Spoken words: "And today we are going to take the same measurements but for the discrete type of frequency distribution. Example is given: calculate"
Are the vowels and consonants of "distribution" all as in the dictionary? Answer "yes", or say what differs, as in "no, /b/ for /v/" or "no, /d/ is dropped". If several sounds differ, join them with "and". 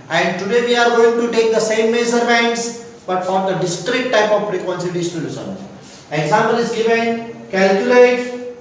no, /ɹ/ is dropped and /s/ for /ʃ/